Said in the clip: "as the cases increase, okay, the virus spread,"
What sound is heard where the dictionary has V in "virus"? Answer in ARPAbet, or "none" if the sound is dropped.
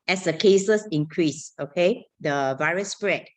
V